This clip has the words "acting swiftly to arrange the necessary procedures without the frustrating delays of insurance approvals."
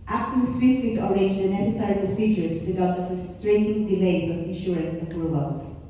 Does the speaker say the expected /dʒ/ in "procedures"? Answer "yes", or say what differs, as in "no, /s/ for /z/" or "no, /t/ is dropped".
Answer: yes